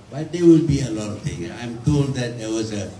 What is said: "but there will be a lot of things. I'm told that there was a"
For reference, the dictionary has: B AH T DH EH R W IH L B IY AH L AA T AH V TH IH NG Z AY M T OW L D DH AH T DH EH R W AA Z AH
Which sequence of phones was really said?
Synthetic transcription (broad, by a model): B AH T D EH W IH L B IY AH L AA T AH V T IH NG AY M T OW L D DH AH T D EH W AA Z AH